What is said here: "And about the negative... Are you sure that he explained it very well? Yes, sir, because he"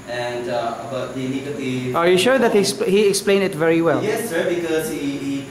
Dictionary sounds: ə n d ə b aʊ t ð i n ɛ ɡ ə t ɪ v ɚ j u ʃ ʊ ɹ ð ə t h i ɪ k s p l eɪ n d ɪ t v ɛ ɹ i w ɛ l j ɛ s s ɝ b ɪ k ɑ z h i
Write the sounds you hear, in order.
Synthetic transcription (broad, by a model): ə n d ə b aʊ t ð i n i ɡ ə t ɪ ɚ j u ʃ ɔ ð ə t h i ɪ k s p l eɪ n d ɪ t v ɛ ɹ i w ɛ l j ɛ s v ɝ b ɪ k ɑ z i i